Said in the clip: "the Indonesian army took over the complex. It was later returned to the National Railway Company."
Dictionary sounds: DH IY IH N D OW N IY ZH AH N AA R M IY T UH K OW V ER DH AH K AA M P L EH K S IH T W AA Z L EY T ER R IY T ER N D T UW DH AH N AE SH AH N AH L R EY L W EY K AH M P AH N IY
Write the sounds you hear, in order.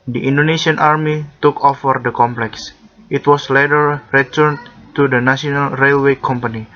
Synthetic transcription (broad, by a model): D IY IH N D OW N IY S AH N AA R M IY T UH K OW F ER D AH K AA M P L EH K S IH T W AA S L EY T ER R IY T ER N T UW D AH N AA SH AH N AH L R EY L W EY K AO M P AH N IY